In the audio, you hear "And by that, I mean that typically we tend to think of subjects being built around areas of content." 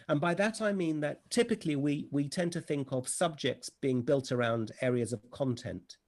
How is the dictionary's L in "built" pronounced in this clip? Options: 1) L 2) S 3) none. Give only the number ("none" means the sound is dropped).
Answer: 1